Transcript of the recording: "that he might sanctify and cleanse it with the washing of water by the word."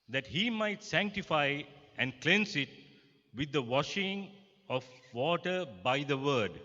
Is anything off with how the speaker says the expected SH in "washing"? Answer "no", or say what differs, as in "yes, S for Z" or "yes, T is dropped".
no